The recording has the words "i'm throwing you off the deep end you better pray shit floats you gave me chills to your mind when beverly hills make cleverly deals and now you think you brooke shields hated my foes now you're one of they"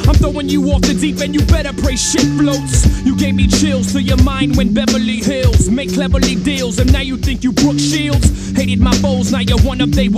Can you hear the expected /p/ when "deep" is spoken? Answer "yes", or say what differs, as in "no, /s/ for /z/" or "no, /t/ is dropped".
yes